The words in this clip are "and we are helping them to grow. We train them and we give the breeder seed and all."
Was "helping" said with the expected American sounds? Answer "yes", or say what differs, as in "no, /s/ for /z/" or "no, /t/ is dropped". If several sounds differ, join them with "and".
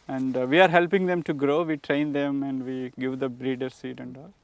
yes